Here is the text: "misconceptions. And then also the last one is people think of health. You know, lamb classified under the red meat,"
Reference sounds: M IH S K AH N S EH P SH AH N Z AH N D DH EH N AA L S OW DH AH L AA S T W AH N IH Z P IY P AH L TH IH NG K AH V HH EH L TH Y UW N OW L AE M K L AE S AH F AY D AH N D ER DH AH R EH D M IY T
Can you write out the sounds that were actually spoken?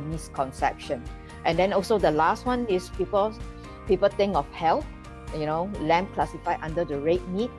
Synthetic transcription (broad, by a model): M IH S K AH N S EH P SH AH N AH N D EH N AA L S OW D AH L AA S T W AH N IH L P IY P AH L T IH NG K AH F HH EH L Y UW N OW L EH M K L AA S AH F AY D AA N D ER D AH R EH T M IY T